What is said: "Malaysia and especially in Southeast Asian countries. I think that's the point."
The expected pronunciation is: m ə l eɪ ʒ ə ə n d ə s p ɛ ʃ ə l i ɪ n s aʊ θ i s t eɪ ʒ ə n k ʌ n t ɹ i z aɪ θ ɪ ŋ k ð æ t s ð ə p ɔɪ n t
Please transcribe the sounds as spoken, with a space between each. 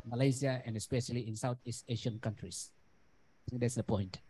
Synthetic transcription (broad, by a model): m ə l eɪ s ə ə n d ə s p ɛ ʃ ə l i ɪ n s aʊ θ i s t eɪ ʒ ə n k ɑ n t ɹ i s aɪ t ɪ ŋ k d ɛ t s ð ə p ɔɪ n t